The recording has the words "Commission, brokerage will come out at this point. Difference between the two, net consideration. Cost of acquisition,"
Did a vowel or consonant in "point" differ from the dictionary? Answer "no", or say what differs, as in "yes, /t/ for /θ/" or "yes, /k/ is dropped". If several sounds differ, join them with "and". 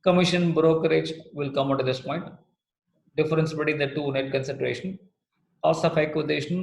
no